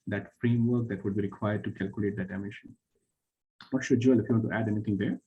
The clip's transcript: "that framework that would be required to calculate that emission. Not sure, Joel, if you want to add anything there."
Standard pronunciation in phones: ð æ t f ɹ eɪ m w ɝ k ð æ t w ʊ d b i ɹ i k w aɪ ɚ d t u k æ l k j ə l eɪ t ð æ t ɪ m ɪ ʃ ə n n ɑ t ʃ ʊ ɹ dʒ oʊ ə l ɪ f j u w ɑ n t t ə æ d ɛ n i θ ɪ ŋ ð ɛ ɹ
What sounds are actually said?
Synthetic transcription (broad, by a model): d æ t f ɹ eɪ m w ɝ k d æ t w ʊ d b i ɹ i k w aɪ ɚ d t u k æ l k j ə l eɪ t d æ t ɪ m ɪ ʃ ə n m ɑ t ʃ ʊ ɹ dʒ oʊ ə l ɪ f j u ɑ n t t æ d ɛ n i t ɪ ŋ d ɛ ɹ